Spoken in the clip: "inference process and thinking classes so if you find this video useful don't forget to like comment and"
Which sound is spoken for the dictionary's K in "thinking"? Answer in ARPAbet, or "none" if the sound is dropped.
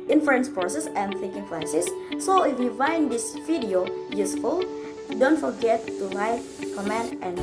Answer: K